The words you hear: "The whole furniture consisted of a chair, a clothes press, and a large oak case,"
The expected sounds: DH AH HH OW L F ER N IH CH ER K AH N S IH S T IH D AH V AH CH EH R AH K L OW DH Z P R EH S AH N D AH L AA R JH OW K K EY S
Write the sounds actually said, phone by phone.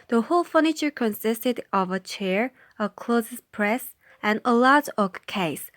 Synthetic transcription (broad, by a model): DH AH HH OW L F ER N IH CH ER K AH N S IH S T IH D AH V AH CH EH R AH K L OW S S P R EH S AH N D AH L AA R OW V K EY S